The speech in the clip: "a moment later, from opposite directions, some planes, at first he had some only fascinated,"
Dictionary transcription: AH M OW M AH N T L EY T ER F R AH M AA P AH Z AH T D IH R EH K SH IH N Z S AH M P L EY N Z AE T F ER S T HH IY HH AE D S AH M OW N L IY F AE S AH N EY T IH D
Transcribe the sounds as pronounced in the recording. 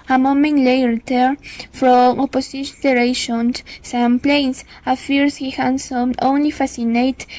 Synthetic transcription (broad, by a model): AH M OW M AH N T L EY T ER F R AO M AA P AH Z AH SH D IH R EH SH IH N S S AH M P L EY N S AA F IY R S HH IY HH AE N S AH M OW N L IY F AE S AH N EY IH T